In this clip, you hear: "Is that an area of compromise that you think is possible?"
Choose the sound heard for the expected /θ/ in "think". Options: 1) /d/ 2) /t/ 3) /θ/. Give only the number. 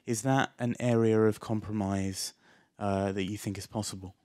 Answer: 3